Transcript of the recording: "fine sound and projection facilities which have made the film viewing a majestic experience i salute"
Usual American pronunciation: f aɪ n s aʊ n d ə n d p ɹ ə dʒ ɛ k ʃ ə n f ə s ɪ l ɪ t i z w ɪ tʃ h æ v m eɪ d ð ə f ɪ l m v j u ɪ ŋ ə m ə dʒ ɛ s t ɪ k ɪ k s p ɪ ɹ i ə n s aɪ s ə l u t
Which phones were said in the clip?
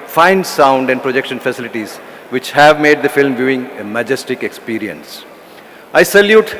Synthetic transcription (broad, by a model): f aɪ n s aʊ n d ə n d p ɹ ə dʒ ɛ k ʃ ə n f ə s ɪ l ɪ t i z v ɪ tʃ h æ v m eɪ d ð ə f ɪ l m v j u ɪ ŋ ə m ə dʒ ɛ s t ɪ k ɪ k s p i ɹ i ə n s aɪ s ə l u t